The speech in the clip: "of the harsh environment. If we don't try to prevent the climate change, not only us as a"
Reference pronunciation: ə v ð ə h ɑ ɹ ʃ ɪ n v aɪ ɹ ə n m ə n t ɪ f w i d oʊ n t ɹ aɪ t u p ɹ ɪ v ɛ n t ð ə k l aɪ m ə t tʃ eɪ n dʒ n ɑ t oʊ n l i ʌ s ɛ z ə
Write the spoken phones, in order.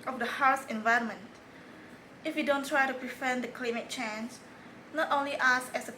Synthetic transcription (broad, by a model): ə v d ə h ɑ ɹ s ɪ n v aɪ ɹ ə n m ə n t ɪ f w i d oʊ n t ɹ aɪ t u p ɹ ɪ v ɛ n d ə k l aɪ m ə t tʃ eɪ n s n ɑ t oʊ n l i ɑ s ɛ s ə